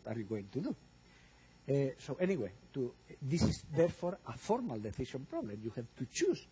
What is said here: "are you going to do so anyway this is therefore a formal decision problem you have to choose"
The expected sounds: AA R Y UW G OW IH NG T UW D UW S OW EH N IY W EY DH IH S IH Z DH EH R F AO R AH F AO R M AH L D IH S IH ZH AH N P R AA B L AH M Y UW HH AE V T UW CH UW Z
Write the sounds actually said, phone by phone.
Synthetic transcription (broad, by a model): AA R Y UW G OW IH NG T UW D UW S OW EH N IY W EY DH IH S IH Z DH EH R F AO R AH F AO R M AH L D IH TH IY SH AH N P R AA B L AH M Y UW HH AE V T UW CH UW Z